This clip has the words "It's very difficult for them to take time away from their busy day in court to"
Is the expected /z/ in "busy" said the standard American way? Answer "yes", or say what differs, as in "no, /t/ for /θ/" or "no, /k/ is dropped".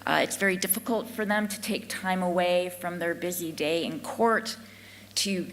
yes